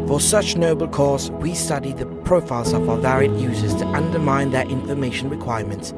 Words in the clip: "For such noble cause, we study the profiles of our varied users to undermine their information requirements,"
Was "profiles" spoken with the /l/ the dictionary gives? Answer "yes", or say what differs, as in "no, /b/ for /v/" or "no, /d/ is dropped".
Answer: yes